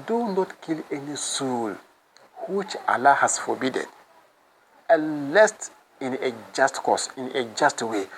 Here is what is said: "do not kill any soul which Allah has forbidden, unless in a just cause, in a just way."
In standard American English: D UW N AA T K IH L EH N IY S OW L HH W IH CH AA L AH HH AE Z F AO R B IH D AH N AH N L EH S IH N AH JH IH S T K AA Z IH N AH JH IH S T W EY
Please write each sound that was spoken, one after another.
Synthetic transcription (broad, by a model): D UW N AA T K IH L EH N IY S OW L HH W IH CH AA L AH HH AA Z F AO B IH D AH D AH L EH S IH N AH JH IH S T K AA S IH N AH JH IH S T W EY